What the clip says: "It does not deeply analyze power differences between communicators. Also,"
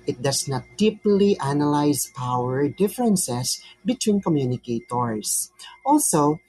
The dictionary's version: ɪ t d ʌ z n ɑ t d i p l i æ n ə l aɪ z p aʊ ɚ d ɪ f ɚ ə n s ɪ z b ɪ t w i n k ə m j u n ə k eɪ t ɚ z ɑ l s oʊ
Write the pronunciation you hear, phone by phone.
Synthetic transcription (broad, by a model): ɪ t d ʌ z n ɑ t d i p l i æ n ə l aɪ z p aʊ ɚ d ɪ f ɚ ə n s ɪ s b ɪ t w i n k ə m j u n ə k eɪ t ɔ s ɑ l s oʊ